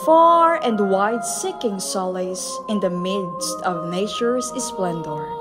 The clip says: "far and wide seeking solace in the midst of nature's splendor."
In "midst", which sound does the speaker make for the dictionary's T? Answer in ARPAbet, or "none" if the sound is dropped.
T